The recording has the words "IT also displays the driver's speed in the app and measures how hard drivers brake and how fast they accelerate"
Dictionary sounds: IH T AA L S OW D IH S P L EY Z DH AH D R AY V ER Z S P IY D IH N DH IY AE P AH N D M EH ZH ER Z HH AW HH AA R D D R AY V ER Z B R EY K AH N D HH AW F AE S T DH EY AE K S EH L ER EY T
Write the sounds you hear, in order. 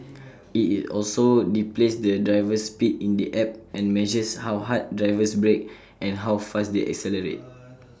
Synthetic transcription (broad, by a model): IH T AA L S OW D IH P L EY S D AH D R AY V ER S P IY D IH N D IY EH P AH N M EH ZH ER S HH AW HH AA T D D R AY V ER S B R EY K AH N HH AW F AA S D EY AE K S EH L ER EY T